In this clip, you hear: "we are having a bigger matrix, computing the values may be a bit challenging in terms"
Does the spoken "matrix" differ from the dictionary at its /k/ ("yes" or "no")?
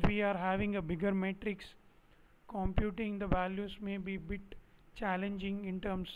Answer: no